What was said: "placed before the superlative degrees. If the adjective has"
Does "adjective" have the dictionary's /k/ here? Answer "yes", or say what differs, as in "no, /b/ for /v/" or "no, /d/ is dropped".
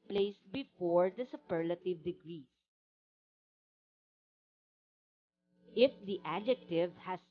yes